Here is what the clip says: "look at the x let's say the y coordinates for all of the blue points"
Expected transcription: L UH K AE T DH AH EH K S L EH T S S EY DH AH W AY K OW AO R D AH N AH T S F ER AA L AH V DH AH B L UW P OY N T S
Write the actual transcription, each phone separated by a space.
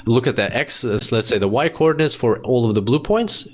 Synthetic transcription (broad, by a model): L UH K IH T DH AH EH K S L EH T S S EY DH AH W AY K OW AO R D N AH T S F ER AA L AH V DH AH B L UW P OY N T S